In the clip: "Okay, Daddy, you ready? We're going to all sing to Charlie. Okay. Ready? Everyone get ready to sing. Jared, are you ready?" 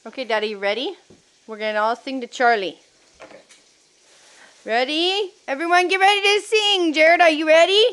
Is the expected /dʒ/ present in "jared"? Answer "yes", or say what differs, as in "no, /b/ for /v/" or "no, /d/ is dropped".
yes